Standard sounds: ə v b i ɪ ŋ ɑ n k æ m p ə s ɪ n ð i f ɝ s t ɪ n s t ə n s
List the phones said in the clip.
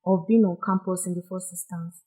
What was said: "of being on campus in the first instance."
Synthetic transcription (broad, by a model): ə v b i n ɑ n k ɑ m p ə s ɪ n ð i f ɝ s ɪ s t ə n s